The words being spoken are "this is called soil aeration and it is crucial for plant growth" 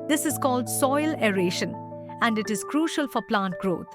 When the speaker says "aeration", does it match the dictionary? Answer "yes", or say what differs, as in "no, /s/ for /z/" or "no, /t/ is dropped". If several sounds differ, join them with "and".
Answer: yes